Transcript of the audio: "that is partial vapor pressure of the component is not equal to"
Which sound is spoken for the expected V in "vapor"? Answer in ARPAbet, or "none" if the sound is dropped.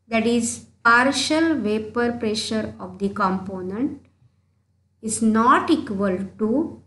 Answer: V